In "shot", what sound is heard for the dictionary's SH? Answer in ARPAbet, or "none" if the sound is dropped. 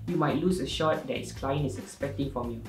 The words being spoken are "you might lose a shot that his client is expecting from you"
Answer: SH